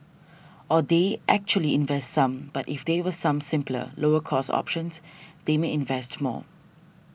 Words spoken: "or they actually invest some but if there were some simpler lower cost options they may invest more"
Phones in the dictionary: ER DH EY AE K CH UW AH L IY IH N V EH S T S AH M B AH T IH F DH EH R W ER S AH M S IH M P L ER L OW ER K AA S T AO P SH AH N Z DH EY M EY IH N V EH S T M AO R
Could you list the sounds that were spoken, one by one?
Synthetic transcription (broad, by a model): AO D EY AE K CH UW AH L IY IH N V EH S T S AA M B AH T IH F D EH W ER S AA M S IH M P L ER L OW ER K AA S AO P SH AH N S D EY M EY IH N V EH S T M AO